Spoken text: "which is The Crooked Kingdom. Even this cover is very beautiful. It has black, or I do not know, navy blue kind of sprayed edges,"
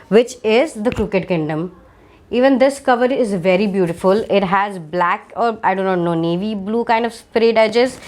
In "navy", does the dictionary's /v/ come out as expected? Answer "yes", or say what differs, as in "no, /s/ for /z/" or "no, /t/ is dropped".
yes